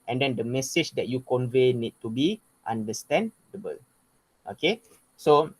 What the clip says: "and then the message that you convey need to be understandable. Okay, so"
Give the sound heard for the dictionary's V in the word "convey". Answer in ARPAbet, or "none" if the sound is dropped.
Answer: V